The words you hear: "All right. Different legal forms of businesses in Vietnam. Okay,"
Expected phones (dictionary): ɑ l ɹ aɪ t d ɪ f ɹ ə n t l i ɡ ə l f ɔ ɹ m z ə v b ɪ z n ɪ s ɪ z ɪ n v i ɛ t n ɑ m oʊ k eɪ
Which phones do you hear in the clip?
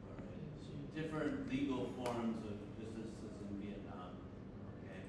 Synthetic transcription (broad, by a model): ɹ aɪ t d ɪ f ɹ ə n t l i ɡ l f ɔ ɹ m z ə v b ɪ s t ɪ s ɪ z ɪ n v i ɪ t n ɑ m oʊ k eɪ